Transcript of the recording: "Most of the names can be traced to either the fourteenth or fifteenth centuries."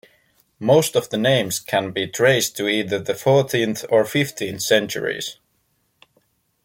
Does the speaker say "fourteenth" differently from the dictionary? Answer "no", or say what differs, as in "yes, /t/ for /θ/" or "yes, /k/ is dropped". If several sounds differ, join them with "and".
no